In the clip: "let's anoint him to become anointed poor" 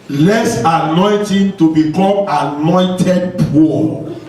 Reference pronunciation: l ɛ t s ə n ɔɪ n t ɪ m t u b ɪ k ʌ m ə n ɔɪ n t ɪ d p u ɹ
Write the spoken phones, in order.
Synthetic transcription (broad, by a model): l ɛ s ə n ɔɪ n t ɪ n t u b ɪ k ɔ m ə n ɔɪ n t ɪ d p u